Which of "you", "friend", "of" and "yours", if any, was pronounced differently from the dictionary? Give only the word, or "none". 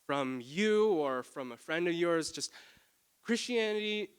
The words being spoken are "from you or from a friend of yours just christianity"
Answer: none